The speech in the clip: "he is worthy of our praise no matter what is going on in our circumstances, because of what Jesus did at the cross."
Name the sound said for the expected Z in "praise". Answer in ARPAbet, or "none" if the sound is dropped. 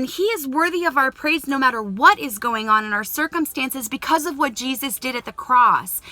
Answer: Z